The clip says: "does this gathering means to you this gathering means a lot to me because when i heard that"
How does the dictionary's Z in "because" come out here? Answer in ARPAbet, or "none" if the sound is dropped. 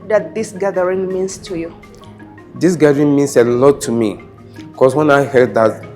S